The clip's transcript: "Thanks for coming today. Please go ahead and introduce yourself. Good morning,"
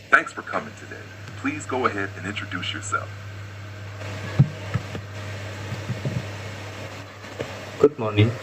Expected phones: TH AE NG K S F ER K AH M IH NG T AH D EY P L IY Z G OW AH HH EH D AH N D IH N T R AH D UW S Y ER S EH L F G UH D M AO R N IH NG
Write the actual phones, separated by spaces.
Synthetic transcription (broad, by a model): TH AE NG K S F ER K AH M IH NG T AH D EY P L IY Z G OW AH HH EH D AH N IH N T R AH D UW S Y ER S EH L F G UH D M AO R N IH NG